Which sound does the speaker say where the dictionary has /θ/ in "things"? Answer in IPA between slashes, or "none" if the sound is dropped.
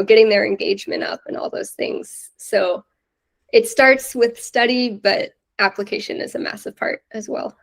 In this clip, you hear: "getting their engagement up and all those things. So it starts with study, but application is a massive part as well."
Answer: /θ/